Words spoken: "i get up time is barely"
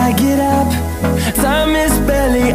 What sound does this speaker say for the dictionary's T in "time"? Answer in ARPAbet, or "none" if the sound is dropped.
S